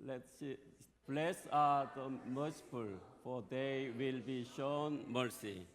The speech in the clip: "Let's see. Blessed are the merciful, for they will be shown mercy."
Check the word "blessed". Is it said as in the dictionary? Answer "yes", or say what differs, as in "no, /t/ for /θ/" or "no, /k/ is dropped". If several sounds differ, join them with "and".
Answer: no, /t/ is dropped